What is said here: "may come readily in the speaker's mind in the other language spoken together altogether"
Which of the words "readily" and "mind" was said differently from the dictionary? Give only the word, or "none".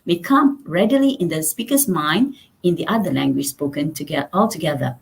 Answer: none